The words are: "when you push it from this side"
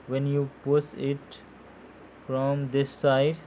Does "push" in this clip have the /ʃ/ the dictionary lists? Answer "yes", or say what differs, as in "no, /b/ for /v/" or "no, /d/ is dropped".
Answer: no, /s/ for /ʃ/